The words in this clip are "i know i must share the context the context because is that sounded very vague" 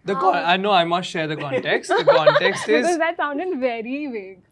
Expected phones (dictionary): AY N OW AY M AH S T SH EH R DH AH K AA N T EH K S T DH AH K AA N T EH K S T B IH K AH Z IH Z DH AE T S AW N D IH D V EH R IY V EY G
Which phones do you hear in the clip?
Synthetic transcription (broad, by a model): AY N OW AY M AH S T SH EH R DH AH K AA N T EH K S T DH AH K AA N T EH K S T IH AH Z IH Z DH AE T S AW N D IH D V EH R IY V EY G